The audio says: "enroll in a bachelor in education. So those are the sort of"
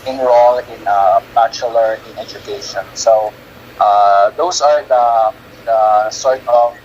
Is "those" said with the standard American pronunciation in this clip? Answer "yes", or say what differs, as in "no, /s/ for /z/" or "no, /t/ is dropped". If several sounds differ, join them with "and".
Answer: no, /s/ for /z/